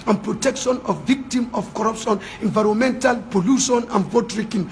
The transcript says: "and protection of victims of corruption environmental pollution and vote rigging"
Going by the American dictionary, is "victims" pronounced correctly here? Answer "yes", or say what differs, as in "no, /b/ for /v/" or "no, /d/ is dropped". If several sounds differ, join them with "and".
no, /z/ is dropped